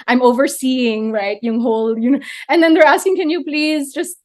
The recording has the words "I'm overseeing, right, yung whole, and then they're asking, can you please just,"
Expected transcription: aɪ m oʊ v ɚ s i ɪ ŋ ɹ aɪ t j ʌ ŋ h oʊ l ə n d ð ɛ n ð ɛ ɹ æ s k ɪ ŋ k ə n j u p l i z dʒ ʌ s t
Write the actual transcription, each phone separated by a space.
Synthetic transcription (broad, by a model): aɪ m oʊ v ɚ s i ɪ ŋ ɹ aɪ t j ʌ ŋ h oʊ l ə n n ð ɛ n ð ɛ ɹ æ s k ɪ ŋ k ə n j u p l i z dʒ ʌ s t